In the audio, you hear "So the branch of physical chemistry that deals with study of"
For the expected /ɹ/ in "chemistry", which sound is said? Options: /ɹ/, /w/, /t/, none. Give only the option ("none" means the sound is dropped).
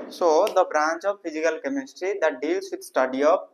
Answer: /ɹ/